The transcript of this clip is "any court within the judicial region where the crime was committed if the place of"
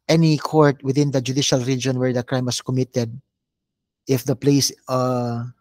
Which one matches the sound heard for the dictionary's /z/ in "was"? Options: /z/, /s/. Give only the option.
/s/